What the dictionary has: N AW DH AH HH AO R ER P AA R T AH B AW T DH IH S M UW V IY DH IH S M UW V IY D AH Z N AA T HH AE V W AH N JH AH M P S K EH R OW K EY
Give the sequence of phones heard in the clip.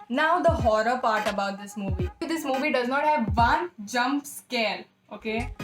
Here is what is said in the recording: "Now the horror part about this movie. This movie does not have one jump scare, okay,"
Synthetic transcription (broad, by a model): N AW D AH HH AO R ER P AA R T AH B AW T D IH S M UW V IY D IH S M UW V IY D AH Z N AA T HH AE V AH N JH AH M P S K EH L OW K EY